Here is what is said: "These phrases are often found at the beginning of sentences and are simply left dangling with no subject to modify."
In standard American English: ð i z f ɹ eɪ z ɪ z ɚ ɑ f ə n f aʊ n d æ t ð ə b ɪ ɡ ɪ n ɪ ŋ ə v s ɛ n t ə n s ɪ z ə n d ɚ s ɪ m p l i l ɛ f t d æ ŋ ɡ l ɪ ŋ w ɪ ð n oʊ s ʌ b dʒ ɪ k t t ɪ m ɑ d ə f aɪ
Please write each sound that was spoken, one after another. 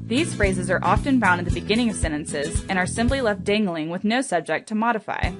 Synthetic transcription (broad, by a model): ð i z f ɹ eɪ z ɪ z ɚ ɑ f ə n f aʊ n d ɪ t ð ə b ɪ ɡ ɪ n ɪ ŋ ə v s ɛ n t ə n s ɪ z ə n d ɚ s ɪ m p l i l ɛ f t d æ ŋ ɡ l ɪ ŋ w ɪ ð n oʊ s ʌ b dʒ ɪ k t t ɪ m ɑ d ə f aɪ